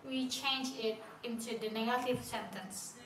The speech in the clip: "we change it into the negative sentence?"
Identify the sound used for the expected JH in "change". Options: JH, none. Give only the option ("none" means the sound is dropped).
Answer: JH